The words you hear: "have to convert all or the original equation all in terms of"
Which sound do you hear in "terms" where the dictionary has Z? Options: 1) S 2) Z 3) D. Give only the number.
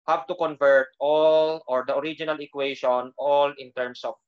1